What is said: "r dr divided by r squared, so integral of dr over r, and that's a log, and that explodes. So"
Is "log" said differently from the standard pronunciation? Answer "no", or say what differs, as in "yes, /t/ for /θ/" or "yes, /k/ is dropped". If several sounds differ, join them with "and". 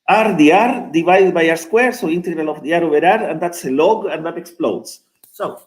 no